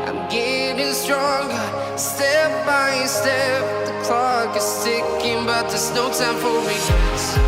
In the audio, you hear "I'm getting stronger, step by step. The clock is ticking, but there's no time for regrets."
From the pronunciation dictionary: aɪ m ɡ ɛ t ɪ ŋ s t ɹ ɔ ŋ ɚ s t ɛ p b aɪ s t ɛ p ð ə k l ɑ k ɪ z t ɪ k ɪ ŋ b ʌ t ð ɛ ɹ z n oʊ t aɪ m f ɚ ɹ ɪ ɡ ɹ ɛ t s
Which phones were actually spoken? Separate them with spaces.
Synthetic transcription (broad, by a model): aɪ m ɡ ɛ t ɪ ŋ s t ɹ ɔ ŋ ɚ s t ɛ p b aɪ s t ɛ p ð ə k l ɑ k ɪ s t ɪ k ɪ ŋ b ʌ t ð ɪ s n oʊ s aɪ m f ɚ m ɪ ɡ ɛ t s